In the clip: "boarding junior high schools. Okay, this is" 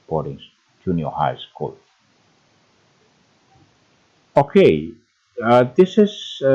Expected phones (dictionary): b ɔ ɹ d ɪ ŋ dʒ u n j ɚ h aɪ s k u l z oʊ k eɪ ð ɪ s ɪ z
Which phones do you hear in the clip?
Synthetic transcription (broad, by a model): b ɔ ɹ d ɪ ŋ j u n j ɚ h aɪ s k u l oʊ k eɪ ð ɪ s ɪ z